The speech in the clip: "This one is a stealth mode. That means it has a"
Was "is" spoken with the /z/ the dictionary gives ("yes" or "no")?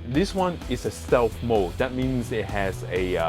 no